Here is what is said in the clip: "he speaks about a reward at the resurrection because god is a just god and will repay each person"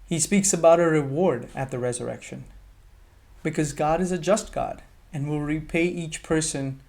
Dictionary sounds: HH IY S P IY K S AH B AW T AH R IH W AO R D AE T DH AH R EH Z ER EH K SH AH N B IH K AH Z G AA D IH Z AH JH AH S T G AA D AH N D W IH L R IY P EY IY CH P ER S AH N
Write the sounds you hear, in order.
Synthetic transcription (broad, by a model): HH IY S P IY K S AH B AW T AH R IH W AO R D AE T DH AH R EH Z ER EH K SH AH N B IH K AH Z G AA D IH Z AH JH AH S T G AA D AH N W IH L R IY P EY IY CH P ER S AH N